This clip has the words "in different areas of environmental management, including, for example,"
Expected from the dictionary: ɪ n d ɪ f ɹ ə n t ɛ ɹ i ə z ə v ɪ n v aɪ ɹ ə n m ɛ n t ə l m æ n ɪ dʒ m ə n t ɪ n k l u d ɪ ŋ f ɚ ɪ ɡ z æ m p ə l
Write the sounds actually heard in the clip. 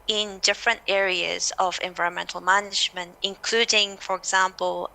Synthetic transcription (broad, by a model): ɪ n d ɪ f ɹ ə n t ɛ ɹ i ə z ə v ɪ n v aɪ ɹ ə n m ɛ n t l m æ n ɪ dʒ m ə n t ɪ n k l u d ɪ ŋ f ɚ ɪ ɡ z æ m p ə l